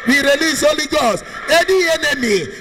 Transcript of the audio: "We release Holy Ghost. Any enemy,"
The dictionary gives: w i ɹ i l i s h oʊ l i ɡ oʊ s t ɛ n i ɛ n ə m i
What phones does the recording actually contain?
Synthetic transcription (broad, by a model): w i ɹ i l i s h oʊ l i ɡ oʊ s ɛ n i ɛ n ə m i